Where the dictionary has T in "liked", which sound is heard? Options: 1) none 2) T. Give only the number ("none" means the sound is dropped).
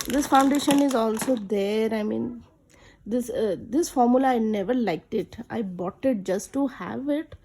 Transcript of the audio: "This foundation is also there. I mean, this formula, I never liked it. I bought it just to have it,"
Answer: 2